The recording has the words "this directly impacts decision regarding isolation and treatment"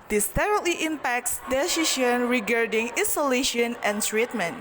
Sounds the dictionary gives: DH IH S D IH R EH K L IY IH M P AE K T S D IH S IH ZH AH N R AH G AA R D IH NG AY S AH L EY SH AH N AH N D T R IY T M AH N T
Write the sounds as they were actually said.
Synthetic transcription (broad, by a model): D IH S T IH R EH L IY IH M P AE K T S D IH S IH SH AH N R AH G AA R D IH NG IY S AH L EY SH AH N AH N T R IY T M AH N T